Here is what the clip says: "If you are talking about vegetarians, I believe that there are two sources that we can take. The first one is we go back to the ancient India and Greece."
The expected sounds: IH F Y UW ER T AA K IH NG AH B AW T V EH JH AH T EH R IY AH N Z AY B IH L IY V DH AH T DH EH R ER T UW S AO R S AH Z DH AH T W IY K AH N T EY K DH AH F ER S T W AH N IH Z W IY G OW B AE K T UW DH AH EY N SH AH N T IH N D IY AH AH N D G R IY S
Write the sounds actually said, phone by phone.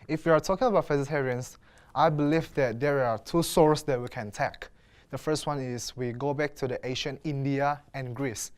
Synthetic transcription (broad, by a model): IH F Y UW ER T AA K IH NG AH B AW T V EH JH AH T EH R IY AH N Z AY B IH L IY V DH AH T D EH R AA T UW S AO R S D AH T W IY K AH N T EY K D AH F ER S T W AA N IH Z W IY G OW B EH K T UW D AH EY SH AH N IH N D IY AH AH N G R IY S